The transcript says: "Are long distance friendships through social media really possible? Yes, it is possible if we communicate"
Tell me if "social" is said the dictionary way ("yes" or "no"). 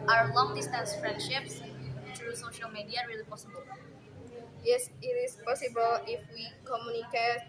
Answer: yes